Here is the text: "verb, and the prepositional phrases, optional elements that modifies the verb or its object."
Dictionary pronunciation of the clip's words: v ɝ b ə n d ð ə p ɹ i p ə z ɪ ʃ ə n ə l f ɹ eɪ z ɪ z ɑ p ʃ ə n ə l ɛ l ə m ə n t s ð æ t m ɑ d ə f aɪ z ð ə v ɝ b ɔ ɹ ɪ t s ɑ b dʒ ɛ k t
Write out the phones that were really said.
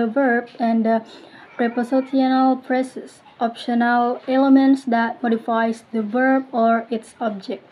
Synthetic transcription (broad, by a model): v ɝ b ə n d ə p ɹ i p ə s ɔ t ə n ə l p ɹ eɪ s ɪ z ɑ p ʃ ə n ə l ɛ l ə m ə n t s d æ t m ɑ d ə f aɪ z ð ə v ɝ b ɔ ɹ ɪ t s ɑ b dʒ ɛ k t